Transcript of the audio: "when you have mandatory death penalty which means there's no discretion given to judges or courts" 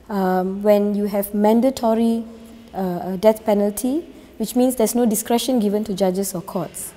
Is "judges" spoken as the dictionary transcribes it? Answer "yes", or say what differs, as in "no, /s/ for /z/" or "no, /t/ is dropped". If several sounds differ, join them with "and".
no, /s/ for /z/